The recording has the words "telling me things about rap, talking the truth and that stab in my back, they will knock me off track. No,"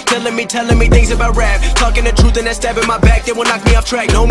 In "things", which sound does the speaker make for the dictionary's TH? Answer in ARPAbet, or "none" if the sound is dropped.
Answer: TH